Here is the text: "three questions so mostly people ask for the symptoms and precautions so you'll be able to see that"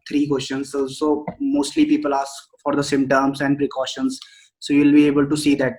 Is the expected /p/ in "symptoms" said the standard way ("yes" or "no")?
no